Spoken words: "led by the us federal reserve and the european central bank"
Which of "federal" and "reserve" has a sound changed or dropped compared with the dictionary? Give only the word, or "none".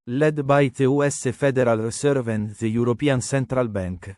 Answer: reserve